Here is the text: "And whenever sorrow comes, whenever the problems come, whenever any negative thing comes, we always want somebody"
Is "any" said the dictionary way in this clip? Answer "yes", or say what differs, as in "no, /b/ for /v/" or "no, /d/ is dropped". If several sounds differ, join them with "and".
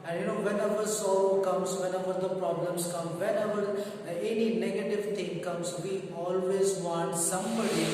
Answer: yes